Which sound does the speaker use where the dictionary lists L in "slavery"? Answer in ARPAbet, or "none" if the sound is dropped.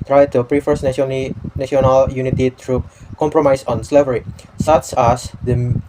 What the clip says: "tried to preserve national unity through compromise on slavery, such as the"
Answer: L